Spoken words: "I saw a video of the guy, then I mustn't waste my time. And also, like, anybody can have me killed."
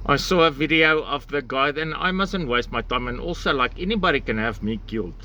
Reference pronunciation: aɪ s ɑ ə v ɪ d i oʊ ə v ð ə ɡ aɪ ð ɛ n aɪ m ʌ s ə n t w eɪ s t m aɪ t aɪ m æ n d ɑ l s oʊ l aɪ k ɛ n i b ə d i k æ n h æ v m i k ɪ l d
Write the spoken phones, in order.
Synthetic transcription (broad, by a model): aɪ s ɑ ə v ɪ d i oʊ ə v ð ə ɡ aɪ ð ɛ n aɪ m ʌ s ə n t w eɪ s t m aɪ t aɪ m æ n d ɑ l s oʊ l aɪ k ɛ n i b ə d i k æ n h æ v m i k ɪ l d